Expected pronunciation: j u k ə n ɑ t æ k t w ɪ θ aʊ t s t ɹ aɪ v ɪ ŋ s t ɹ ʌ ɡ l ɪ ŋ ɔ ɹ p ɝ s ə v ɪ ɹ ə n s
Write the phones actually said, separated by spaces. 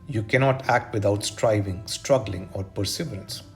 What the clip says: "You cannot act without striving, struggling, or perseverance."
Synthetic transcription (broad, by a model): j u k ə n ɑ t æ k t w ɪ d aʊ t s t ɹ aɪ v ɪ ŋ s t ɹ ʌ ɡ l ɪ ŋ ɔ ɹ p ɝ s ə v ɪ ɹ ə n s